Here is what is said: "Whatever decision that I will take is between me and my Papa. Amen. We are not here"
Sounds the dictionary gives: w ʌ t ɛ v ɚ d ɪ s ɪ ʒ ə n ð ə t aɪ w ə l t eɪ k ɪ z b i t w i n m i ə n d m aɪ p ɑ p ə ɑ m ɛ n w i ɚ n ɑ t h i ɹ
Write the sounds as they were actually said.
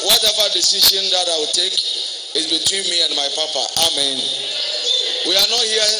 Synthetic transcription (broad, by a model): w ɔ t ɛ v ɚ d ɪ s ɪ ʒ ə n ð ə t aɪ w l t eɪ k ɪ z b i t w i n m i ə n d m aɪ p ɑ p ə ɑ m ɛ n w i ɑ n ɑ t h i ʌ